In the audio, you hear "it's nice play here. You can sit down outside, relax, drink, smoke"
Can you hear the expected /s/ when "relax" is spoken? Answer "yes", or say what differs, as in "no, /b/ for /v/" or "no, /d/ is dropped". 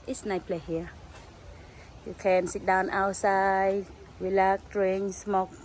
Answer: no, /s/ is dropped